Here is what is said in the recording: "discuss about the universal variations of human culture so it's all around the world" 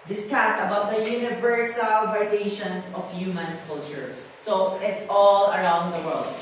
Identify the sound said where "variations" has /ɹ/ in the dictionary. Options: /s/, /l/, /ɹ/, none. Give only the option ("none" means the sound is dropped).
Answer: none